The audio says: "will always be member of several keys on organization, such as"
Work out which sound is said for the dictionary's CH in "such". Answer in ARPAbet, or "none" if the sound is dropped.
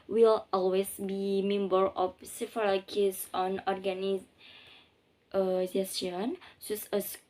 S